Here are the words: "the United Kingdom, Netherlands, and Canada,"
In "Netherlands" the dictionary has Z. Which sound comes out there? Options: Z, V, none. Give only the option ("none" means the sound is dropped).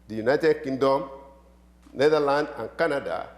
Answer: none